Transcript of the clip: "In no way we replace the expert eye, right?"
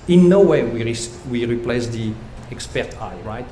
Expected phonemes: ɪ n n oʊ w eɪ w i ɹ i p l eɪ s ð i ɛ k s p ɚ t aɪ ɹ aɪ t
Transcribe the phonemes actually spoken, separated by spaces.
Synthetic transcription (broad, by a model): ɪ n n oʊ w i w i ɹ i p l eɪ s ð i ɛ k s p ɚ t aɪ ɹ aɪ t